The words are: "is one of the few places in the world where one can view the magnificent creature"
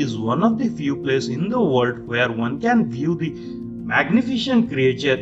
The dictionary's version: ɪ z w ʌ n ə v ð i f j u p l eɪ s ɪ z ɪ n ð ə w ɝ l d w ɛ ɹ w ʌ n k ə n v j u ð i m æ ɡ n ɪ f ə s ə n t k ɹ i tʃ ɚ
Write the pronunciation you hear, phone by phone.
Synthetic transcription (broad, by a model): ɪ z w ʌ n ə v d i f j u p l eɪ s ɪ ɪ n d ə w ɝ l d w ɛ ɹ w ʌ n k ə n v j u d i m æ ɡ n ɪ f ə ʃ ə n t k ɹ i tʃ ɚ